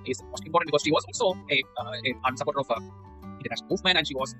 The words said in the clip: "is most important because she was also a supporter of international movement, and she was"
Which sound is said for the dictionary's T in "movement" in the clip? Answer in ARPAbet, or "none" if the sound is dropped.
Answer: none